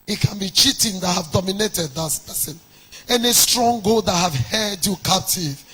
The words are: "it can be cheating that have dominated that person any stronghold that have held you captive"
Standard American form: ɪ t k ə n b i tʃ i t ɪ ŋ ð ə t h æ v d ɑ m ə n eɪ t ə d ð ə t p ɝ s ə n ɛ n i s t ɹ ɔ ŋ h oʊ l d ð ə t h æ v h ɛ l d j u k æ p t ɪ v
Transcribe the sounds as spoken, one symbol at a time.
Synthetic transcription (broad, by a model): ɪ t k ə n b i tʃ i t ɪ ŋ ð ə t h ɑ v d ɑ m ə n eɪ t ə d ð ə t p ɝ s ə n ɛ n i s t ɹ ɔ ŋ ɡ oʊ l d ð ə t h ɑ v h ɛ d j u k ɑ p t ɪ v